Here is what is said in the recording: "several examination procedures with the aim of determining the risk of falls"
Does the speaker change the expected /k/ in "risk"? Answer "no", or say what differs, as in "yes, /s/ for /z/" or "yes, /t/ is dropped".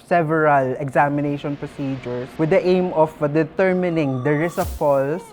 yes, /k/ is dropped